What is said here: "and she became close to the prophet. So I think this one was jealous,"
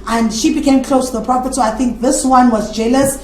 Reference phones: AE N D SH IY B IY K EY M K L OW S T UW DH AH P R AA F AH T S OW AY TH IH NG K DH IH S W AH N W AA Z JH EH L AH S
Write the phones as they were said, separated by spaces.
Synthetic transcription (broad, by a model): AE N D SH IY B IY K EY M K L OW S T UW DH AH P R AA P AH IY S OW AY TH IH NG K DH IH S W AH N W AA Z JH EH L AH S